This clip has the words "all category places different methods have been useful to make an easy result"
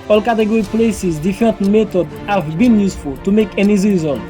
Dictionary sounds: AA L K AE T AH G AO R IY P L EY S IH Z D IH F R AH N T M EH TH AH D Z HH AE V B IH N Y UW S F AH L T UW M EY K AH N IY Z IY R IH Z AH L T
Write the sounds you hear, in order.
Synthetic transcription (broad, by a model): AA L K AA T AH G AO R IY P L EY S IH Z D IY F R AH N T M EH T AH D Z HH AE V B IH N Y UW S F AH L T UW M EY K AH N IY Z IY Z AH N